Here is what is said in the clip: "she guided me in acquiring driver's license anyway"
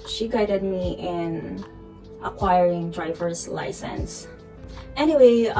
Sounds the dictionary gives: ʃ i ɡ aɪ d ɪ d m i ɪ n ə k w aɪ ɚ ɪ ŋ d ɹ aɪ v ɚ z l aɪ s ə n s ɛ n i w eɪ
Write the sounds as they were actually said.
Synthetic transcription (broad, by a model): ʃ i ɡ aɪ d ɪ d m i ɪ n ə k w aɪ ɚ ɪ ŋ d ɹ aɪ v ɚ z l aɪ s ə n s ɛ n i w eɪ